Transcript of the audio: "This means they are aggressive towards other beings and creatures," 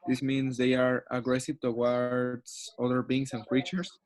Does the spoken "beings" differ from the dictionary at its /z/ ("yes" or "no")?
yes